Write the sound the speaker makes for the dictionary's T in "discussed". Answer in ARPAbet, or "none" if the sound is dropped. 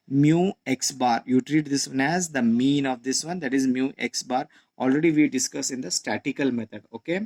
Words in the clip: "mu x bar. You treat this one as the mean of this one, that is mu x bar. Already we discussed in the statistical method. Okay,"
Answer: none